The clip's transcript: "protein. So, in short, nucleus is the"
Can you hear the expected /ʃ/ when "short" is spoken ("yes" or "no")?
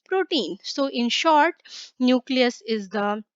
yes